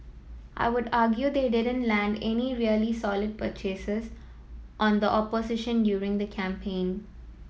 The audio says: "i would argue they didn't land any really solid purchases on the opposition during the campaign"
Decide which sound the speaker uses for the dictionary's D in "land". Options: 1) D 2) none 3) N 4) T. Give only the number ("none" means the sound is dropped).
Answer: 1